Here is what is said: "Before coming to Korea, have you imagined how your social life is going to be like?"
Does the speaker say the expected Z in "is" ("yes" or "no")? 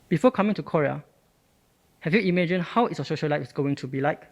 no